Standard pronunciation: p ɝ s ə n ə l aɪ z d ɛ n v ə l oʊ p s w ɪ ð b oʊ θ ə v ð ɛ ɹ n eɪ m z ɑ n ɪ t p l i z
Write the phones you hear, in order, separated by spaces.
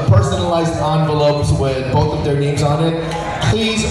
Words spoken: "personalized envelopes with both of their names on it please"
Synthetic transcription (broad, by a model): p ɝ s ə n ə l aɪ z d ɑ n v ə l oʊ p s w ɪ ð b oʊ θ ə v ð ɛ ɹ n eɪ m z n ɪ t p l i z